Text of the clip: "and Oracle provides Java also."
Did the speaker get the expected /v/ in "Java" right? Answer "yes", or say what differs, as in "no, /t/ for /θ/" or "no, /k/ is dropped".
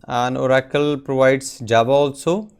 no, /b/ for /v/